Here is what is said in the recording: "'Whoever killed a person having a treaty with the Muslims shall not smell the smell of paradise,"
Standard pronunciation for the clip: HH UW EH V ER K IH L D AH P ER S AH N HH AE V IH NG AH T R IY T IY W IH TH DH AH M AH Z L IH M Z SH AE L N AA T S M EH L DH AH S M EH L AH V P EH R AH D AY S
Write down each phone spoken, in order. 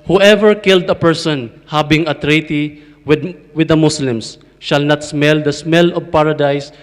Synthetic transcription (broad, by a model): HH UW EH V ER K IH L D AH P ER S AH N HH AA B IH NG AH T R IY T IY W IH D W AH M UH S L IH M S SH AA L N AA T S M EH L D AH S M EH L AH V P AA R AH D AY S